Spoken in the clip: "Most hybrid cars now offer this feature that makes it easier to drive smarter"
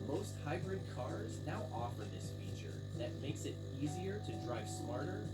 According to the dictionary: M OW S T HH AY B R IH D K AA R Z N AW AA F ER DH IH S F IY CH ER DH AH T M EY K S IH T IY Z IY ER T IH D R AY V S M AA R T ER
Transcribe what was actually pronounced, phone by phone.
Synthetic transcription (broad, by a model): M OW S T HH AY B R IH D K AA R Z N AW AA F ER DH IH S F IY CH ER DH AH T M EY K S IH T IY Z IY ER T IH D R AY V S M AA R T ER